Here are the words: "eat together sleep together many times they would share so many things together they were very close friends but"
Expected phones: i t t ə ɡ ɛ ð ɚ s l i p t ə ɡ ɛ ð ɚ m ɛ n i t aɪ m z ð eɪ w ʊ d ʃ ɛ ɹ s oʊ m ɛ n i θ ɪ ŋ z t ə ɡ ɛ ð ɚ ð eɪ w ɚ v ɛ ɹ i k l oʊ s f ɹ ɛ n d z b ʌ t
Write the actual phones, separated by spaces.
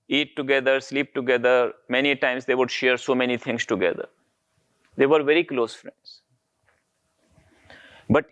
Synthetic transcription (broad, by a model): i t t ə ɡ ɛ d ɚ s l i p t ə ɡ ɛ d ɚ m ɛ n i t aɪ m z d eɪ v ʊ d ʃ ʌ ɹ s oʊ m ɛ n i t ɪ ŋ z t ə ɡ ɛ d ɚ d eɪ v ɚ v ɛ ɹ i k l oʊ s f ɹ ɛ n d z b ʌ t